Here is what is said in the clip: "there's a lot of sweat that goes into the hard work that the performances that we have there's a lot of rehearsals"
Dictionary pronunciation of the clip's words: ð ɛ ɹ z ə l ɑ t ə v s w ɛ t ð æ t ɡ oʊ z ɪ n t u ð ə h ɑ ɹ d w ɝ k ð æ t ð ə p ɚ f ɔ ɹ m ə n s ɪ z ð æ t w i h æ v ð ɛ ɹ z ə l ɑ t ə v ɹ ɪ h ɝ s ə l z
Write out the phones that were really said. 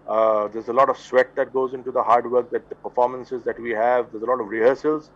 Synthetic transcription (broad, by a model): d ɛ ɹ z ə l ɑ t ə v s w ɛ t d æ t ɡ oʊ z ɪ n t u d ə h ɑ ɹ d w ɝ k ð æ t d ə p ɚ f ɔ ɹ m ə n s ɪ z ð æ t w i h æ v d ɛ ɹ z ə l ɑ t ə v ɹ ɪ h ɝ s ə l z